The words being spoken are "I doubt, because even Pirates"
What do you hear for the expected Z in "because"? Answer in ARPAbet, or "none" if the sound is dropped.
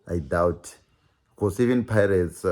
S